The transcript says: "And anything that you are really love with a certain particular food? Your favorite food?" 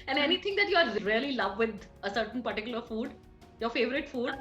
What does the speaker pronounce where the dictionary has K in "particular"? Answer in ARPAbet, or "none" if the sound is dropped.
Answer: K